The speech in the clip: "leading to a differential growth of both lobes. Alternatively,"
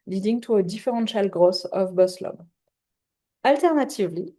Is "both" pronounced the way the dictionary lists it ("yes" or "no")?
no